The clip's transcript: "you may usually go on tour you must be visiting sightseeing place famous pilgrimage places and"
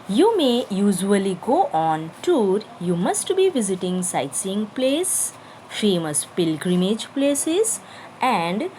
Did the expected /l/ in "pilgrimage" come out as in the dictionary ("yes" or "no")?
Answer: yes